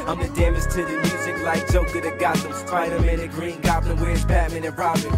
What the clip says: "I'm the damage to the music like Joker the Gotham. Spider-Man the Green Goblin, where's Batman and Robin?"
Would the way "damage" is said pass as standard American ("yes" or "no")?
no